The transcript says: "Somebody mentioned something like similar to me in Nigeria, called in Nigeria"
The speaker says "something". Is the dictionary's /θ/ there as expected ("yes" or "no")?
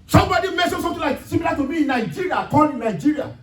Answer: no